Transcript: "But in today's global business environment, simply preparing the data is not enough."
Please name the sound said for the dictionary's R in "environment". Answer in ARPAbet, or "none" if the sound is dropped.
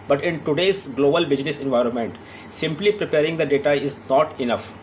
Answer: R